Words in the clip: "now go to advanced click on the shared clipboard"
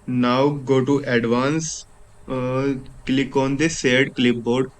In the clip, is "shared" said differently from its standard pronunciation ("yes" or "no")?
yes